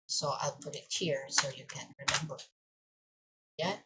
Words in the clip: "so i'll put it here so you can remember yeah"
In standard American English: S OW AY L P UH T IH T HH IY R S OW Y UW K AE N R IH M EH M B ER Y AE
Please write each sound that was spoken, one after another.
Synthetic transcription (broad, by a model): S OW AY L P UH T IH T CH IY R S OW Y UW K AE N R IH M EH M B ER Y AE